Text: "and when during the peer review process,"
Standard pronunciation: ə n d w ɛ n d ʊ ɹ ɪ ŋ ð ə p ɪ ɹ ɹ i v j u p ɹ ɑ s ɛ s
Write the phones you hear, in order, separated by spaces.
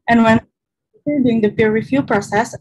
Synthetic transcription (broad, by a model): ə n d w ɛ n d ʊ ɪ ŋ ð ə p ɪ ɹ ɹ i f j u p ɹ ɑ s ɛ s